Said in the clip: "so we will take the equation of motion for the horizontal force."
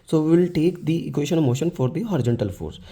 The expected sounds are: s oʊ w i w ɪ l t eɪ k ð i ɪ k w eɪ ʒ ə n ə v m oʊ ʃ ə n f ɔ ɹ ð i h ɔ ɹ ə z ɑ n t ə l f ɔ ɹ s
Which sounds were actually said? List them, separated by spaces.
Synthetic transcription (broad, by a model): s oʊ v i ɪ l t eɪ k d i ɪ k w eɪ ʃ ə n ə v m oʊ ʃ ə n f ɔ ɹ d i h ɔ ɹ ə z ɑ n t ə l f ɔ ɹ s